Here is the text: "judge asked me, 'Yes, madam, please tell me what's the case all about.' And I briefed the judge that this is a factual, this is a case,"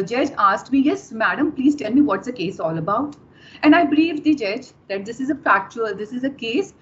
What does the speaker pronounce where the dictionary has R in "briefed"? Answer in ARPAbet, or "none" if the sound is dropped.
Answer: L